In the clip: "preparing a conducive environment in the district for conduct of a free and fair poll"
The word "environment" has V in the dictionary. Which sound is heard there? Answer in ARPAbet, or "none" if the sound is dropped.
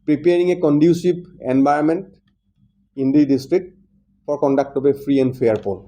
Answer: B